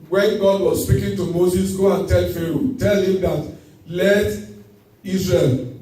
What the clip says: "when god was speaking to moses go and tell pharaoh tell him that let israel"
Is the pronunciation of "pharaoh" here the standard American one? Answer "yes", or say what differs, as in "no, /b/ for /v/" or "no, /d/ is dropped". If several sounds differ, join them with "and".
yes